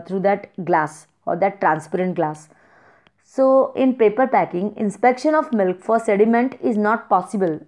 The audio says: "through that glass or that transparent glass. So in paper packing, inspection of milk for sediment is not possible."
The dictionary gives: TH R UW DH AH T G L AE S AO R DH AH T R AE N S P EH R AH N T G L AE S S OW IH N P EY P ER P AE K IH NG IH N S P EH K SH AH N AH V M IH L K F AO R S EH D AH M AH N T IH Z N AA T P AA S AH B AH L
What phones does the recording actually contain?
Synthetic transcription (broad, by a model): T R UW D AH T G L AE S AO R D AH T R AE N S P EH R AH N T G L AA S S OW IH N P EY P ER P AE K IH NG IH N S P EH K SH AH N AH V M IH L K F AO R S EH D AH M AH N T IH Z N AA T P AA S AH B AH L